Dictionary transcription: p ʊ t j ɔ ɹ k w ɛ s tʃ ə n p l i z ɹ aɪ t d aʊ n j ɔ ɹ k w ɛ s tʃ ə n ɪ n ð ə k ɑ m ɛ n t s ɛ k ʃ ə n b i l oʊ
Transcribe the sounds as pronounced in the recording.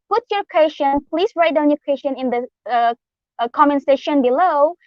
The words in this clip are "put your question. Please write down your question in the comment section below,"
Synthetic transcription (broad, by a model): p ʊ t j ɔ ɹ k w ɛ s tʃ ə n p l i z ɹ aɪ t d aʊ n j ɔ ɹ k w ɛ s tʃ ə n ɪ n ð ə k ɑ m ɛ n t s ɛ ʃ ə n b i l oʊ